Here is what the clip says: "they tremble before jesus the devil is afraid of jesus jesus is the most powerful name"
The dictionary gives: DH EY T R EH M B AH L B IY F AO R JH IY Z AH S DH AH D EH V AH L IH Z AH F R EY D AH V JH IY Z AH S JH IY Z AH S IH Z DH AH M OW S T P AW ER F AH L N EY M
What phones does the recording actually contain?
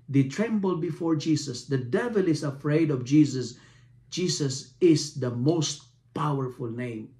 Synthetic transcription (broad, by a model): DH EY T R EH M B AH L B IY F AO R JH IY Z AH S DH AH D EH V AH L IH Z AH F R EY D AH V JH IY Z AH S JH IY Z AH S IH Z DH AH M OW S T P AW ER F AH L N EY M